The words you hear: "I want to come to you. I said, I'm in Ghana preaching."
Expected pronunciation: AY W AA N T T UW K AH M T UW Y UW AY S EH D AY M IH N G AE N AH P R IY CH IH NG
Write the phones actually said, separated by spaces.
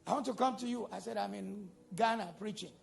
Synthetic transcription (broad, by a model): AY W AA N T T UW K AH M T UW Y UW AY S EH D AY M IH N G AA N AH P R IY CH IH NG